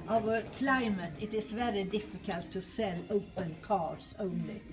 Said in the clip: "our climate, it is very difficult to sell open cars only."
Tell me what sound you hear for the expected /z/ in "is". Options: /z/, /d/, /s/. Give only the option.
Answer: /s/